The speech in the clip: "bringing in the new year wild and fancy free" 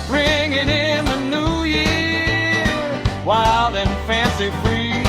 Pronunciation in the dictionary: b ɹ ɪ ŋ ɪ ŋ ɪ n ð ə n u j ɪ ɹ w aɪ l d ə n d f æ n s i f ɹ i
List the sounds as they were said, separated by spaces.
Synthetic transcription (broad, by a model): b ɹ ɪ ŋ ɪ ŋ ɪ n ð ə n u j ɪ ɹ w aɪ l d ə n f æ n s i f ɹ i